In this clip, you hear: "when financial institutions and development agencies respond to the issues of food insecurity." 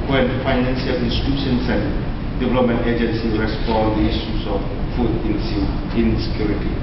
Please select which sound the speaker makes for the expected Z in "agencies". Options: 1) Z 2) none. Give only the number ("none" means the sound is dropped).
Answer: 2